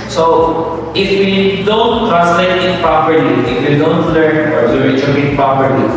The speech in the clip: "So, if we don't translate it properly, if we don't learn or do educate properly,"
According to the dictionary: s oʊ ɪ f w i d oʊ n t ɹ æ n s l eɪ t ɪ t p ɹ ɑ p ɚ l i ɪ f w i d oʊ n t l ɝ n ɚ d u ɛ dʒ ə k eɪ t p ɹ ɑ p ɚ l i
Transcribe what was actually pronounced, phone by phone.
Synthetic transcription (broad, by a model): s oʊ ɪ f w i d oʊ n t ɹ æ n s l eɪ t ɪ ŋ p ɹ ɑ p ɚ l i ɪ f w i d oʊ n t l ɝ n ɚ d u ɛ tʃ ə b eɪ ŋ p ɹ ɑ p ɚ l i